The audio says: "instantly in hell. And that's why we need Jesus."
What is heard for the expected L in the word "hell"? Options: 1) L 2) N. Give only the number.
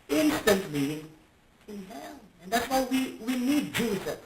2